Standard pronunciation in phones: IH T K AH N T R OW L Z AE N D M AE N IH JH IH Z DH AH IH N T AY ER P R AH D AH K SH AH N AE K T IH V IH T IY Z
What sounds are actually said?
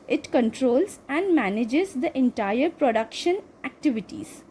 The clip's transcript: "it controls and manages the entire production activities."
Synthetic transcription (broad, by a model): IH T K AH N T R OW L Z AE N D M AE N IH JH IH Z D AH IH N T AY ER P R AH D AH K SH AH N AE K T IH V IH T IY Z